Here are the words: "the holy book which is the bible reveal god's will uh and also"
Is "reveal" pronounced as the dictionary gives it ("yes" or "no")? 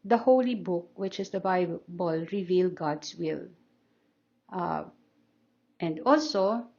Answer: yes